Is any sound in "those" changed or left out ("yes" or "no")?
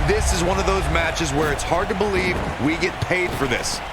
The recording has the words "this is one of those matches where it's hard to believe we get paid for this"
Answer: no